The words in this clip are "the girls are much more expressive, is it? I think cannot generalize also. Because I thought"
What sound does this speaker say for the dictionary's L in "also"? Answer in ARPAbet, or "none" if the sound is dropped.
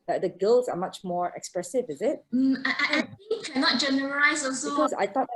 none